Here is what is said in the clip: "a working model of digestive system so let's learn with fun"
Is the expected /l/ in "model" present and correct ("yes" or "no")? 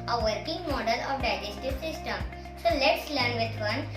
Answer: yes